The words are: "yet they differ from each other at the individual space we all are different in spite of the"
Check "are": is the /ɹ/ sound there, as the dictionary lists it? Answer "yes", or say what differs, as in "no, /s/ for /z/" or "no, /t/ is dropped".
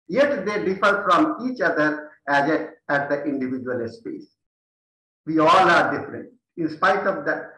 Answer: yes